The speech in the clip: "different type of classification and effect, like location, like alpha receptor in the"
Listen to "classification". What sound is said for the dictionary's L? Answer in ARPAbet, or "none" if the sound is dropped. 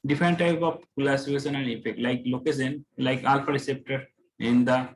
none